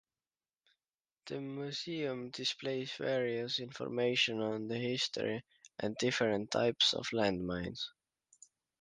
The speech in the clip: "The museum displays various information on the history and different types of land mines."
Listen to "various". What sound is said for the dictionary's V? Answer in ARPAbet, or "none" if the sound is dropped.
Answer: V